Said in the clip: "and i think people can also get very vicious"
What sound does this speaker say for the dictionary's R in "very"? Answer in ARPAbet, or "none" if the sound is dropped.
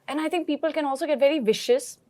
R